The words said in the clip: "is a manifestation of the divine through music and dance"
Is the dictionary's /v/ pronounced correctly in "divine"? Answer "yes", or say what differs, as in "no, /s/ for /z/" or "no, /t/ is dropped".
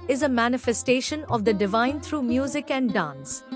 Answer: yes